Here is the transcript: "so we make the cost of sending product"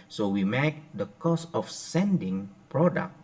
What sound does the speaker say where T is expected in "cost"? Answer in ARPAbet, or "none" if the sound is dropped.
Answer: none